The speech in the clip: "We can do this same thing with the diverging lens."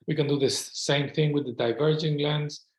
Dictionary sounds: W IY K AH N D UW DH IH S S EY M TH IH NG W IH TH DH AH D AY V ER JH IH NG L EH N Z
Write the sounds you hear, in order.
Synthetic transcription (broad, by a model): W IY K AH N D UW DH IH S S EY M TH IH NG W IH DH AH D AY V ER JH IH NG L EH N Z